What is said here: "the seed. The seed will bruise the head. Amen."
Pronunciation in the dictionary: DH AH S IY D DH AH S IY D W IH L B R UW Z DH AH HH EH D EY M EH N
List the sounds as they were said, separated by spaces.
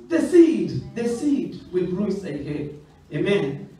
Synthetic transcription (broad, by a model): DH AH S IY D DH AH S IY D W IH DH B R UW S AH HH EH EY M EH N